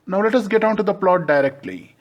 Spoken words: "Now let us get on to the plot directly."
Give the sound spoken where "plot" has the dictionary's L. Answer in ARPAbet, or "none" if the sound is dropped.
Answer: L